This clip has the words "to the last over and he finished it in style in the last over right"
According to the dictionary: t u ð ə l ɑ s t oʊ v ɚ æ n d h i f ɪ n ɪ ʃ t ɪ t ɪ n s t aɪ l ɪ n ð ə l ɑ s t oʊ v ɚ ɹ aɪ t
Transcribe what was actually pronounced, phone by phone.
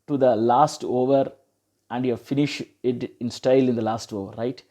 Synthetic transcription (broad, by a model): t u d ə l ɑ s t oʊ v ɚ æ n d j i f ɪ n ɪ ʃ ɪ t ɪ n s t aɪ l ɪ n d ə l ɑ s t oʊ v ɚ ɹ aɪ t